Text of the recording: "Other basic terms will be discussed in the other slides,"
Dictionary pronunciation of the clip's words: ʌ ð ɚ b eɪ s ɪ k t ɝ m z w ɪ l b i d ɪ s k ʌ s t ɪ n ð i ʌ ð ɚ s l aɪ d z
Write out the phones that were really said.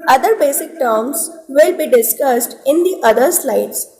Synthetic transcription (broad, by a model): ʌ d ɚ b eɪ s ɪ k t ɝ m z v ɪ l b i d ɪ s k ʌ s t ɪ n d i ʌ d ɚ s l aɪ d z